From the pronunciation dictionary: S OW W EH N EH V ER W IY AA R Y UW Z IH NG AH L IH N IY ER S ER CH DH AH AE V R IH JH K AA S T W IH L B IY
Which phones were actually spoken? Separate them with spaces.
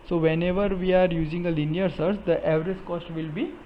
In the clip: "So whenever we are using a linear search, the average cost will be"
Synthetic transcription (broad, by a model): S OW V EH N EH V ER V IY AA R Y UW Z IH NG AH L IH N IY ER S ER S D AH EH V R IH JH K AA S T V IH L B IY